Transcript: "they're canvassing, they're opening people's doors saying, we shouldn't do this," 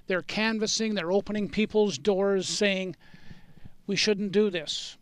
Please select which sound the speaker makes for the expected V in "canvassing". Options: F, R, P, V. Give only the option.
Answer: V